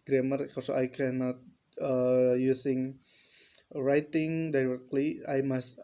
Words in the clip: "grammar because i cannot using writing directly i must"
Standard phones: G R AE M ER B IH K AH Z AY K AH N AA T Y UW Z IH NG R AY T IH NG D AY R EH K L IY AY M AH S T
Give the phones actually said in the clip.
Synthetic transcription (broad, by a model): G R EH M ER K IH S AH AY K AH N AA T Y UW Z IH NG R AY T IH NG D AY R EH K L IY AY M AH S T